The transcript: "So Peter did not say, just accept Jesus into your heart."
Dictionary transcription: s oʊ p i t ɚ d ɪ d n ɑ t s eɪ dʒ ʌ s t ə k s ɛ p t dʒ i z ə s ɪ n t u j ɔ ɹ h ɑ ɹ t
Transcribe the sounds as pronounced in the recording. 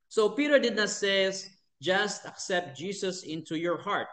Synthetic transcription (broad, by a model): s oʊ p i t ɚ d ɪ d n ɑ t s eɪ dʒ ʌ s t ə k s ɛ p t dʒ i s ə s ɪ n t u j ɔ ɹ h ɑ ɹ t